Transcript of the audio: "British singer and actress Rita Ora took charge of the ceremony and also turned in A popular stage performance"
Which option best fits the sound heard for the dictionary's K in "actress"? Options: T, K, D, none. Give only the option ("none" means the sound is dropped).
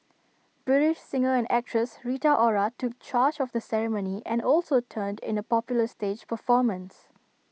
K